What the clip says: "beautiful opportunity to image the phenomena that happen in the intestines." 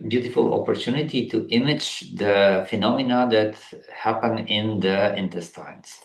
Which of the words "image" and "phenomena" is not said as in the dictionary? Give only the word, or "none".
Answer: none